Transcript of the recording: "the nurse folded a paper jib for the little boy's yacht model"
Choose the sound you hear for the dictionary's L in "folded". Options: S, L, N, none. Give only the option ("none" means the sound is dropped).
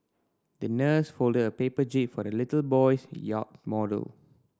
L